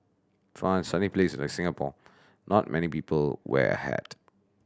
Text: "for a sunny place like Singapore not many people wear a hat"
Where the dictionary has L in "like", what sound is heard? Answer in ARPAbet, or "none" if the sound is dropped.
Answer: N